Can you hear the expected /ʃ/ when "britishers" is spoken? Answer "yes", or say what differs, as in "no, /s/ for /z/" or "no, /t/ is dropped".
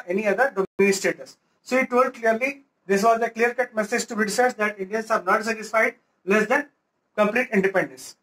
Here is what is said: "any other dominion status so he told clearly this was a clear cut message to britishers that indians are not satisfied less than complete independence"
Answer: no, /s/ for /ʃ/